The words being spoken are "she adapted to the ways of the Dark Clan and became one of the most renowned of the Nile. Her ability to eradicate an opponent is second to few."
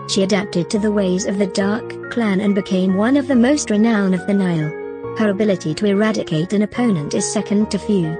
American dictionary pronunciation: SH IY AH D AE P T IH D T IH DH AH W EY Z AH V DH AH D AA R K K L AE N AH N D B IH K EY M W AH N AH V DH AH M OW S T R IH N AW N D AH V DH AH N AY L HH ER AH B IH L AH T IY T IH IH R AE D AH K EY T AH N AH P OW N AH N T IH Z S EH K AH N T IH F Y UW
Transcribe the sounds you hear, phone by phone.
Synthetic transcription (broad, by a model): SH IY AH D AE P T IH D T IH DH AH W EY Z AH V DH AH D AA R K K L AE N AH N B IH K EY M W AH N AH V DH AH M OW S T R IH N AW N AH V DH AH N AY L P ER AH B IH L AH T IY T IH IH R AE D AH K EY T AH N AH P OW N AH N T IH Z S EH K AH N T IH F Y UW